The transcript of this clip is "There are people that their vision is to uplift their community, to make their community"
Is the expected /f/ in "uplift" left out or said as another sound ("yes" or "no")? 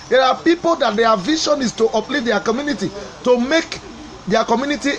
yes